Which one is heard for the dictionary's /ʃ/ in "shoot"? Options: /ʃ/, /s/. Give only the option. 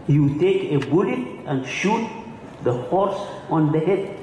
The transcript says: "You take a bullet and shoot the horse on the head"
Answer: /ʃ/